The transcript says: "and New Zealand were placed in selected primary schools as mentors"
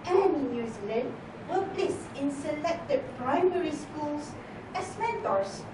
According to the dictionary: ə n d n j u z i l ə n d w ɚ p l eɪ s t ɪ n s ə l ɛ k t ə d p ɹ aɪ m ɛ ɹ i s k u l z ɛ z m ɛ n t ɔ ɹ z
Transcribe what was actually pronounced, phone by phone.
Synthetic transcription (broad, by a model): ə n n n j u z i l ə n d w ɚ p l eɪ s ɪ n s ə l ɛ k t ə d p ɹ aɪ m ɛ ɹ i s k u l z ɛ s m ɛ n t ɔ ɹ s